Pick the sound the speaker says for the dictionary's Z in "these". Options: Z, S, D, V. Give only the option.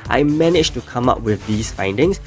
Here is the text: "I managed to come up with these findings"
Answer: S